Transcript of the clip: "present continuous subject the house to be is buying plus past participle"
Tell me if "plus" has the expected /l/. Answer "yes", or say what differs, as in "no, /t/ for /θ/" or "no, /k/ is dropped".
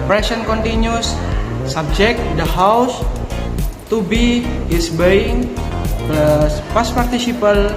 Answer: no, /l/ is dropped